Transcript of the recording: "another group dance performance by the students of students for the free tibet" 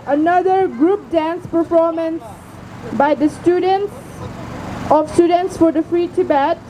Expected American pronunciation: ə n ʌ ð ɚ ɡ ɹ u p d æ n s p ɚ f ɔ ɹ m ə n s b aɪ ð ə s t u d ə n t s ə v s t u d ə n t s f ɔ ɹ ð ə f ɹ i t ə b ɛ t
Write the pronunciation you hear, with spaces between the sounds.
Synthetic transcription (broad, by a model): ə n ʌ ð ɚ ɡ ɹ u p d æ n s p ɚ f ɔ ɹ m ə n s b aɪ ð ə s t u d ə n t s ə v s t u d ə n t s f ɔ ɹ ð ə f ɹ i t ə b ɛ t